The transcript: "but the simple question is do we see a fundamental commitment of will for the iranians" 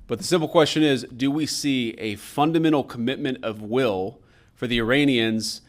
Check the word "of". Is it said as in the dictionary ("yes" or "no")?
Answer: yes